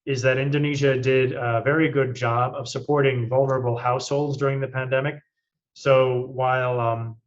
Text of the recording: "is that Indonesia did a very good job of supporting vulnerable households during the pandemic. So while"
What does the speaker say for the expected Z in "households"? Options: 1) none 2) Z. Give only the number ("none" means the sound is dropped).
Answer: 2